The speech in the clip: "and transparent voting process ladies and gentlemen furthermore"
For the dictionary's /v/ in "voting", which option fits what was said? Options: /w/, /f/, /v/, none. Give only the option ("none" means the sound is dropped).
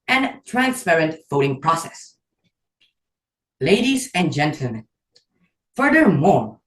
/f/